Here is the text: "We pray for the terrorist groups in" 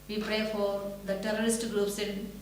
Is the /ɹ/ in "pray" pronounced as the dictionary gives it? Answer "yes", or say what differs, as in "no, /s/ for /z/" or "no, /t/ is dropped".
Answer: yes